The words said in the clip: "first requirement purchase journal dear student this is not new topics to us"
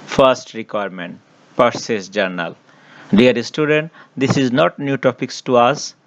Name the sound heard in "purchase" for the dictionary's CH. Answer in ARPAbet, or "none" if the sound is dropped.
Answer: S